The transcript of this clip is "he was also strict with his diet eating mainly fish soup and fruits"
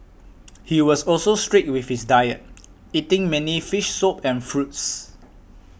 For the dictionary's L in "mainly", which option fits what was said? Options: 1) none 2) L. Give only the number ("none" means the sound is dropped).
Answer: 1